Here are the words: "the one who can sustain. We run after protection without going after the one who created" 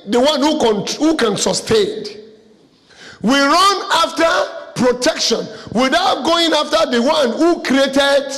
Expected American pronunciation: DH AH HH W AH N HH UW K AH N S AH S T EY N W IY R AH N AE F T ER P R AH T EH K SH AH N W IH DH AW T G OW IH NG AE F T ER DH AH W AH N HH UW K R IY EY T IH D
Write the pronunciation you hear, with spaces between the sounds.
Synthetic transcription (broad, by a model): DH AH HH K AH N HH UW K AH N S AH S T EY N W IY R AH N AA F T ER P R AH T EH K SH AH N W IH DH AW T G OW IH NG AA F T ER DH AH W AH N HH UW K R IY EY T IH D